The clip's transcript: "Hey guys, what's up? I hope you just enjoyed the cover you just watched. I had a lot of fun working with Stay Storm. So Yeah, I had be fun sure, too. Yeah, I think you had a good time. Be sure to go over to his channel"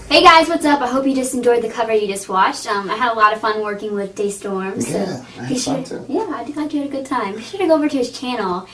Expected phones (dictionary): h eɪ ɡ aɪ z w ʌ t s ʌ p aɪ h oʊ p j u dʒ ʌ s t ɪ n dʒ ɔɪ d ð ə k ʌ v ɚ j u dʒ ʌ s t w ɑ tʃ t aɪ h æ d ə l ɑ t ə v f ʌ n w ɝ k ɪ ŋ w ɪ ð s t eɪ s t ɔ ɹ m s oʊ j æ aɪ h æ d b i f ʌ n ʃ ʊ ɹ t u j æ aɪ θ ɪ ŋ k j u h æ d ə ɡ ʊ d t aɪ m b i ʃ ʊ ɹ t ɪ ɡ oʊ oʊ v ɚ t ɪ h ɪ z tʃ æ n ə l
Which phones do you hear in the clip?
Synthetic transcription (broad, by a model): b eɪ ɡ aɪ z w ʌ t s ʌ p aɪ h oʊ p j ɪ dʒ ʌ s t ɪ n dʒ ɔɪ d ð ə k ʌ v ɚ j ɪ dʒ ʌ s t w ɑ tʃ t aɪ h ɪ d ə l ɑ t ə v f ʌ n w ɝ k ɪ ŋ w ɪ ð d eɪ s t ɔ ɹ m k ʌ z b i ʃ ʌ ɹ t j æ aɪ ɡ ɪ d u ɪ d ə ɡ ʊ d t aɪ m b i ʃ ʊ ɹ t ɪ ɡ oʊ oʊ v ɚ t ɪ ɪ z tʃ æ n l